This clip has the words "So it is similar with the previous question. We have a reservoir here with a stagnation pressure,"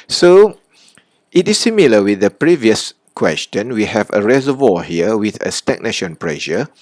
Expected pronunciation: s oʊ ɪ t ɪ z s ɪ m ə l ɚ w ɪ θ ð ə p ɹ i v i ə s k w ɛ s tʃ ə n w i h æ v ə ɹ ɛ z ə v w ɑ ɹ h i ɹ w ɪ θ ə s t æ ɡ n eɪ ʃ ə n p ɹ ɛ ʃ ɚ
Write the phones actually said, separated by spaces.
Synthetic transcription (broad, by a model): s oʊ ɪ t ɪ s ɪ m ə l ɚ w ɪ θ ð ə p ɹ i v i ə s k w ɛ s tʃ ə n w i h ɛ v ə ɹ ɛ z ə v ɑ h i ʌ w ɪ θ ə s t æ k n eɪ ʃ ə n p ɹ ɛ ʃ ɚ